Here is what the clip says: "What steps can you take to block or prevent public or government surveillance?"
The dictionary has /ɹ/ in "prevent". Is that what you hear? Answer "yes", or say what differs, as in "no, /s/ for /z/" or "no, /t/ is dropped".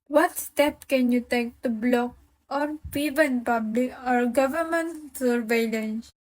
no, /ɹ/ is dropped